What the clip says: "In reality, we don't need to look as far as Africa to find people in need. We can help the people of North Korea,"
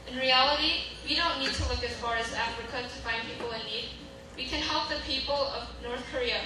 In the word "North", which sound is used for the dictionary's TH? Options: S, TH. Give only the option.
TH